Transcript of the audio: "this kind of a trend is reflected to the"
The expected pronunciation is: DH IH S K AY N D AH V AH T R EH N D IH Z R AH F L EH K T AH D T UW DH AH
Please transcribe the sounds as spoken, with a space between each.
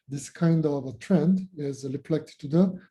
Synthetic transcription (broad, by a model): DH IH S K AY N D AH V AH T R EH N D IH Z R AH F L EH K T T UW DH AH